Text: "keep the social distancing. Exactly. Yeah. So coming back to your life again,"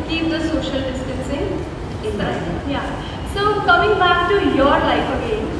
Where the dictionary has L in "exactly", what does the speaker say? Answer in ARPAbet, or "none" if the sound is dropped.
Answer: N